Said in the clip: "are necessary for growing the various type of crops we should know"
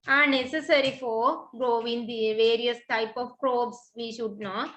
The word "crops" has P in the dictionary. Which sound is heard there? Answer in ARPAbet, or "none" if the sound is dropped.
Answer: B